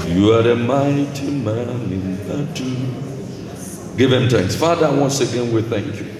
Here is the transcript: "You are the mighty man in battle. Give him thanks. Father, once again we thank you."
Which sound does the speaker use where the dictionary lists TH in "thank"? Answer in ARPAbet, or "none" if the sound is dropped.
TH